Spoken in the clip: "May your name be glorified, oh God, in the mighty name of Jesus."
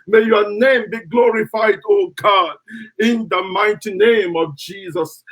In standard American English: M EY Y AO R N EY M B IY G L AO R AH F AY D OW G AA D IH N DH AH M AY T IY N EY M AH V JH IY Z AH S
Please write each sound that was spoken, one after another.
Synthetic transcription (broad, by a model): M EY Y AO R N EY M B IY G L AO R AH F AY D OW G AA D IH N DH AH M AY T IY N EY M AH V JH IY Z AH S